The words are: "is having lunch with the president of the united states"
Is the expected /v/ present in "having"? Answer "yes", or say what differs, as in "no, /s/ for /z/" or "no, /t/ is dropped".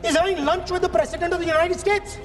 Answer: no, /v/ is dropped